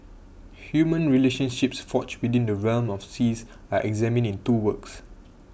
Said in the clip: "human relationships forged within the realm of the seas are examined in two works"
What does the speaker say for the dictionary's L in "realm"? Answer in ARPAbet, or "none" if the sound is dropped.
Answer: L